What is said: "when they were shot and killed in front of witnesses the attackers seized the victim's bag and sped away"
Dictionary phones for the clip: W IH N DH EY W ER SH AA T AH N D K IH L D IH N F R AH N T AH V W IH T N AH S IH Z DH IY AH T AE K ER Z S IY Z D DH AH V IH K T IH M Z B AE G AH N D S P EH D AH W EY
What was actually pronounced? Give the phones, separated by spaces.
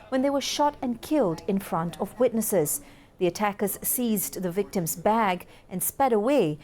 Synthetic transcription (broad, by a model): W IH N DH EY W ER SH AA T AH N K IH L D IH N F R AH N T AH V W IH T N AH S IH Z DH IY AH T AE K ER Z S IY Z DH AH V IH K T IH M Z B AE G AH N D S P EH D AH W EY